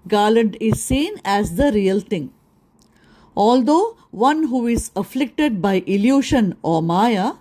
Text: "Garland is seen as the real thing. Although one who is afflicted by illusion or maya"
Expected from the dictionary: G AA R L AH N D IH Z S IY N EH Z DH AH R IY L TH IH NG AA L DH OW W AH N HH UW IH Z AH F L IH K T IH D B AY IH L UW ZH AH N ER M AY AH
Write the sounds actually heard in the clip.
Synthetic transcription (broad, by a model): G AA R L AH N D IH Z S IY N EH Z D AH R IY L T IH NG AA L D OW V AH N HH UW IH Z AH F L IH K T IH D B AY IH L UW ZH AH N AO M AY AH